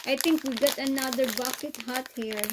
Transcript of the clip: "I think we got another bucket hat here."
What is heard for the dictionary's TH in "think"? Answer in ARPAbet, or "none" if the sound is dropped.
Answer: T